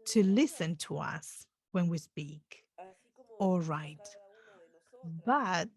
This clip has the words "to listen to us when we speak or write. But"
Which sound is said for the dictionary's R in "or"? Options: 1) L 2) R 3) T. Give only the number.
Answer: 1